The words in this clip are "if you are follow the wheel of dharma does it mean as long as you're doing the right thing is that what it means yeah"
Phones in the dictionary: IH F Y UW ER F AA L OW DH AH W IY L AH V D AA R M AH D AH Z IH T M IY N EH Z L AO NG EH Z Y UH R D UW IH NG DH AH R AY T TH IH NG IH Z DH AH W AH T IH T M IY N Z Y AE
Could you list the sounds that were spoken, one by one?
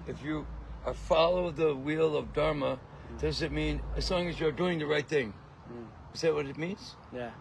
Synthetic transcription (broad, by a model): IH F Y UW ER F AA L OW DH AH W IY L AH V D AA R M AH D AH Z IH T M IY N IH Z L AO NG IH Z Y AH R D UW IH NG DH AH R AY T TH IH NG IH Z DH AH W AH T IH T M IY N Z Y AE